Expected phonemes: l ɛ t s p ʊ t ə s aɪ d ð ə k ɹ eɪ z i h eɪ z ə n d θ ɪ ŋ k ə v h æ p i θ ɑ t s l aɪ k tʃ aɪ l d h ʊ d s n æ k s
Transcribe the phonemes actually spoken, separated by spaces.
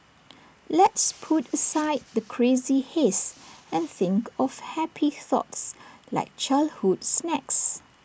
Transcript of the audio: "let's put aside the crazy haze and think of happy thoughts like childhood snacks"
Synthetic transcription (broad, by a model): l ɛ t s p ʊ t ə s aɪ d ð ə k ɹ eɪ z i h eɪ s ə n θ ɪ ŋ k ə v h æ p i θ ɑ t s l aɪ k tʃ aɪ l h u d s n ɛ k s